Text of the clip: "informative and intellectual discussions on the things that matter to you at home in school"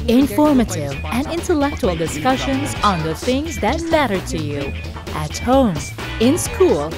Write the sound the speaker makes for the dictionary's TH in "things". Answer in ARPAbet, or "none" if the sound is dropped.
TH